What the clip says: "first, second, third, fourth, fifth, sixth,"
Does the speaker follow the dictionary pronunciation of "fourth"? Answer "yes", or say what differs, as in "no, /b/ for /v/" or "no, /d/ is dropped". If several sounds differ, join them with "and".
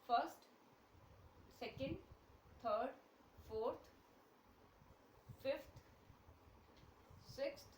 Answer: no, /t/ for /θ/